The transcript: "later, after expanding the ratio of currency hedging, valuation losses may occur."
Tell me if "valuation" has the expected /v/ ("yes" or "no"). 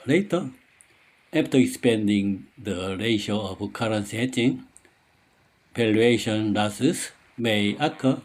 no